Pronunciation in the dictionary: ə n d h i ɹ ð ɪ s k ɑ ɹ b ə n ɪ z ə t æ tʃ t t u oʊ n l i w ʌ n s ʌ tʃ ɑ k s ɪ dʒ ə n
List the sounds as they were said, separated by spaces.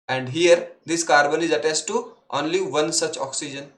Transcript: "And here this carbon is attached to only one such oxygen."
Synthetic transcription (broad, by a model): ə n d h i ɹ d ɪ s k ɑ ɹ b ə n ɪ z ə t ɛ s t t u oʊ n l i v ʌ n s ʌ tʃ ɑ k s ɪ dʒ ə n